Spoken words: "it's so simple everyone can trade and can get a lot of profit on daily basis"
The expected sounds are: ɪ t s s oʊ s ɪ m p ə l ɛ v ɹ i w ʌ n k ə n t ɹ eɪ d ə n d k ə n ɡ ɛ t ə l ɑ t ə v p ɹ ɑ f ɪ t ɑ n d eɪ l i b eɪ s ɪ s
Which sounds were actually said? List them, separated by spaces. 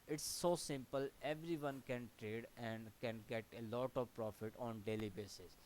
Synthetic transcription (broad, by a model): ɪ t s s oʊ s ɪ m p ə l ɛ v ɹ i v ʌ n k ə n t ɹ eɪ d ə n d k ə n ɡ ɛ t ə l ɑ t ə v p ɹ ɑ f ɪ t ɑ n d eɪ l i b eɪ s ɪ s